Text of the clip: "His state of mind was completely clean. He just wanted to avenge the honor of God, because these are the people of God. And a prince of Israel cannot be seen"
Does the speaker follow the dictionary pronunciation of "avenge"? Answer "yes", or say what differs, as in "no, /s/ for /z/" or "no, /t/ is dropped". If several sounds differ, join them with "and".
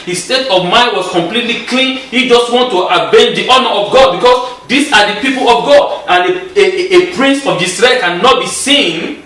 no, /b/ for /v/